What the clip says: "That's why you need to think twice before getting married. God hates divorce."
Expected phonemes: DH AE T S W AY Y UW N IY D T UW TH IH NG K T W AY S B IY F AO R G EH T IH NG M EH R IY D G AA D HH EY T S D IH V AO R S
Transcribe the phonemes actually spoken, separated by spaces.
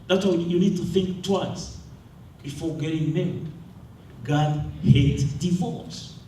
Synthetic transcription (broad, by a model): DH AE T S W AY Y UW N IY D T UW TH IH NG K T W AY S B IY F AO R G EH T IH NG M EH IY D G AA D HH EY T D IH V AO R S